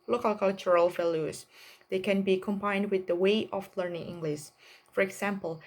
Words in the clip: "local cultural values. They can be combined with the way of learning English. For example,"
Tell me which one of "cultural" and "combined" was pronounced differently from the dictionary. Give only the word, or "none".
none